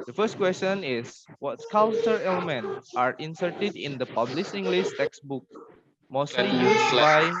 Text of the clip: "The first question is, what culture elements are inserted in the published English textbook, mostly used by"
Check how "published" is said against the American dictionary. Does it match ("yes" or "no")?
no